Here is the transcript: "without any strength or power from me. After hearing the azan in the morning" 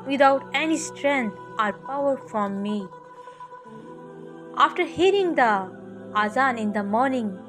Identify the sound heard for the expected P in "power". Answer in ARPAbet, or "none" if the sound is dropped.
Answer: P